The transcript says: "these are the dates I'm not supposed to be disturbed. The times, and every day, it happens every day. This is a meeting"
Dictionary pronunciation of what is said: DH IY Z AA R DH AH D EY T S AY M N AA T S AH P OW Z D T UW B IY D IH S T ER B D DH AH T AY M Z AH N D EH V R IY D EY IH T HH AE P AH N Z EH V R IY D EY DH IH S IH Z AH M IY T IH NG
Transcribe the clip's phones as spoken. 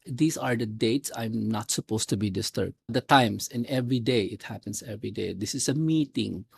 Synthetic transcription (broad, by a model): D IY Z AA R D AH D EY T S AY M N AA T S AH P OW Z T UW B IY D IH S T ER B D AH T AY M S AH N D EH V R IY D EY IH T HH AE P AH N S EH V R IY D EY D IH S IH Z AH M IY T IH NG